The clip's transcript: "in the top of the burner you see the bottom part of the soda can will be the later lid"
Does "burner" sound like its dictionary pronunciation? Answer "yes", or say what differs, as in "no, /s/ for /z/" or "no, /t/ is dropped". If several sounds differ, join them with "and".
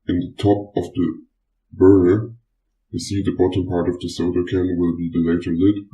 no, /n/ is dropped